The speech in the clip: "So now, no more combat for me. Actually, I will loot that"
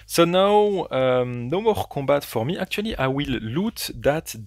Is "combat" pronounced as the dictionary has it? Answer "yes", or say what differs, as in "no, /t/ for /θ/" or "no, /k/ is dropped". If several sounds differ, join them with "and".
no, /m/ is dropped